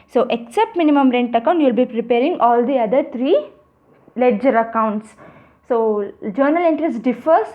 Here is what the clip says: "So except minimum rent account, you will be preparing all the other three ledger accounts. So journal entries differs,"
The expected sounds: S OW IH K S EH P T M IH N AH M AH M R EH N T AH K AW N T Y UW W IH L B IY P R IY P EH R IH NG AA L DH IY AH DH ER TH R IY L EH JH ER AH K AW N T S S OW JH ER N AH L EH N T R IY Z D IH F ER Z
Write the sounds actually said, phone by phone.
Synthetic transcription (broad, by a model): S OW IH K S EH P T M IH N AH M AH M R EH N T AH K AW N T Y UW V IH L B IY P R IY P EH R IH NG AA L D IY AH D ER T R IY L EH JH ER AH K AW N T S S OW JH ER N AH L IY N T R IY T D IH F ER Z